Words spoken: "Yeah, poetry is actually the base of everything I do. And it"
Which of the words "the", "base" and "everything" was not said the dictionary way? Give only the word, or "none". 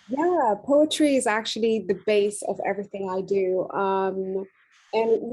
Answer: none